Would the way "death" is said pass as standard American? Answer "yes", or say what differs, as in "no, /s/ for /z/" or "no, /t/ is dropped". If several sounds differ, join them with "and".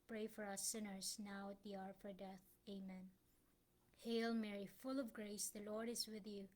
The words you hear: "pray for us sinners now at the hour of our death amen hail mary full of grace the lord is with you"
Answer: yes